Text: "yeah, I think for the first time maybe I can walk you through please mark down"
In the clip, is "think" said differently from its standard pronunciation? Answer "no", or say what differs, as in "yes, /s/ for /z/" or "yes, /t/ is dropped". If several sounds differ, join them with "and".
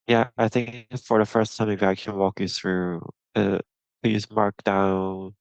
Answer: no